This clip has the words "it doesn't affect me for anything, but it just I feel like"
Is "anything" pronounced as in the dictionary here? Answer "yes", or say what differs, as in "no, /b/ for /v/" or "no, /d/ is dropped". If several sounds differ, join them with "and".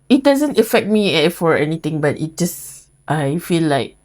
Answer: no, /t/ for /θ/